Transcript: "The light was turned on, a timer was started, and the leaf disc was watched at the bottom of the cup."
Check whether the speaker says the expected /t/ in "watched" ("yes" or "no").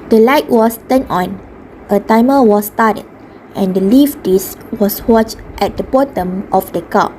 yes